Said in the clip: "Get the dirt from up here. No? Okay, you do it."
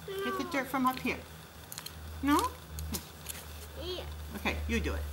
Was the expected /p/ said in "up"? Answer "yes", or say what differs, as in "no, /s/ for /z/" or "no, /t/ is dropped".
yes